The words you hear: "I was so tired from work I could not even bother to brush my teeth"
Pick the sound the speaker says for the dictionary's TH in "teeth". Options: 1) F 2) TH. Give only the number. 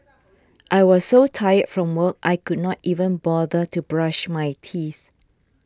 2